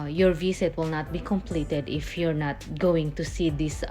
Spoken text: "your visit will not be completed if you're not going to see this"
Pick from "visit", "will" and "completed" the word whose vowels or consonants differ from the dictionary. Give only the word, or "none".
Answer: visit